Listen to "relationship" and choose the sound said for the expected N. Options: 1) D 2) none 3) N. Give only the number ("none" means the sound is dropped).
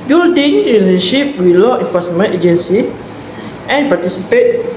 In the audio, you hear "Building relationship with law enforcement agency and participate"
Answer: 2